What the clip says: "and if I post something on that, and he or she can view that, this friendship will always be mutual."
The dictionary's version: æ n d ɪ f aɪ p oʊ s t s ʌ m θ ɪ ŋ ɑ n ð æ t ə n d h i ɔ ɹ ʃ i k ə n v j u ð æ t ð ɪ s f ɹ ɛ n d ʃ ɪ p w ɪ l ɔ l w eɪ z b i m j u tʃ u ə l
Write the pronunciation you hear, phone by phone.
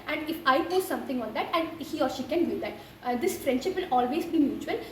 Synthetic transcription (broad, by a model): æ n d ɪ f aɪ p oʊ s s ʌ m t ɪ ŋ ɑ n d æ t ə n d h i ɔ ɹ ʃ i k ə n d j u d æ t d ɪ s f ɹ ɛ n d ʃ ɪ p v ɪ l ɔ l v eɪ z b i m j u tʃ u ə l